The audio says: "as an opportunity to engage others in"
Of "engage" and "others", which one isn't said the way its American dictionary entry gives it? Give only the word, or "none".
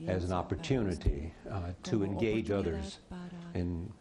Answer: none